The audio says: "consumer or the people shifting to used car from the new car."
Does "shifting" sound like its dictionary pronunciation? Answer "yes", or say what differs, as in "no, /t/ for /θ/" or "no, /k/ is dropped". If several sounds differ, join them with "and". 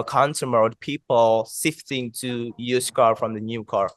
no, /s/ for /ʃ/